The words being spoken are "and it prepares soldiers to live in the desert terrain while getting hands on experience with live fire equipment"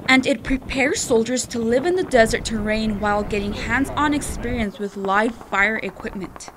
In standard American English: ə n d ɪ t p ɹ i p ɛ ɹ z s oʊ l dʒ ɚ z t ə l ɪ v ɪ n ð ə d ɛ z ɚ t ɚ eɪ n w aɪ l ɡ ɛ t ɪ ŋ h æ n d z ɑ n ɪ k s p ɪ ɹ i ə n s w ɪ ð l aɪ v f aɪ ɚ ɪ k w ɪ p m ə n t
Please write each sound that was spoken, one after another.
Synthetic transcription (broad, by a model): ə n d ɪ t p ɹ i p ɛ ɹ z s oʊ l dʒ ɚ z t ə l ɪ v ɪ n ð ə d ɛ z ɚ t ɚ eɪ n w aɪ l ɡ ɛ t ɪ ŋ h æ n d z n ɪ k s p ɪ ɹ i ə n s w ɪ ð l aɪ v f aɪ ɚ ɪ k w ɪ p m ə n t